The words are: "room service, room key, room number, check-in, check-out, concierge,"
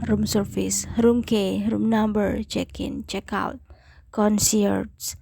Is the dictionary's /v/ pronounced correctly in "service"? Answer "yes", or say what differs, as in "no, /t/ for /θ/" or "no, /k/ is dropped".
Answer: no, /f/ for /v/